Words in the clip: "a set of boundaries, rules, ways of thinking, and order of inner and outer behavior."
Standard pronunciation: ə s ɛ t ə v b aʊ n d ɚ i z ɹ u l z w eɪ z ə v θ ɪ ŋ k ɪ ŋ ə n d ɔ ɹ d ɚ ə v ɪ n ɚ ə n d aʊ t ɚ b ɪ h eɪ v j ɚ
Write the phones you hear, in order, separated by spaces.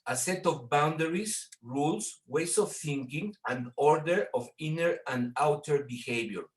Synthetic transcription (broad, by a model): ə s ɛ t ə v b aʊ n d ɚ i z ɹ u l s w eɪ s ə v θ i ŋ k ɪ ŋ ə n d ɔ ɹ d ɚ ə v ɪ n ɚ ə n d aʊ t ɚ b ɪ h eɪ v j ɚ